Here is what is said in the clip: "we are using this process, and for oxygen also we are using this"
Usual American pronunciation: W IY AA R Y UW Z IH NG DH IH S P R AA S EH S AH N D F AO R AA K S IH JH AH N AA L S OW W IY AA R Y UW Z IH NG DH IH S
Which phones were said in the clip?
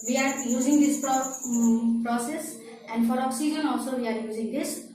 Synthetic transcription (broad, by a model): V IY AA R Y UW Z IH NG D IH S P R AA S EH S AH N D F AO R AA S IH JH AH N AA L S OW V IY AA R Y UW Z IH NG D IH S